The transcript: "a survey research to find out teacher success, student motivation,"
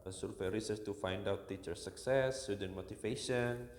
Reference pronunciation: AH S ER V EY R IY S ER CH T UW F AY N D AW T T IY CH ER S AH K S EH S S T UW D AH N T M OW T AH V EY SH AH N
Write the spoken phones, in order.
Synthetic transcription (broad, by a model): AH S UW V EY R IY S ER S T UW F AY N D AW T T IY CH ER S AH K S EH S S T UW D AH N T M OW T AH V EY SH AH N